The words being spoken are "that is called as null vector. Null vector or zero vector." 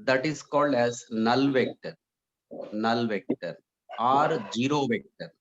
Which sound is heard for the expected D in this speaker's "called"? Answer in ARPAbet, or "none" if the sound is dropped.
D